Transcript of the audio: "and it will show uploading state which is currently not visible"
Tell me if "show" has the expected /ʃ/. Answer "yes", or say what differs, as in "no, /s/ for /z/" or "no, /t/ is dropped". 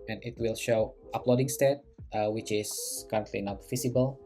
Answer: yes